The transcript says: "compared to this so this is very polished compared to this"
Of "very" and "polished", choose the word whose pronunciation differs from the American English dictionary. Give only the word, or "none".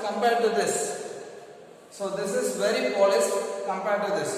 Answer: polished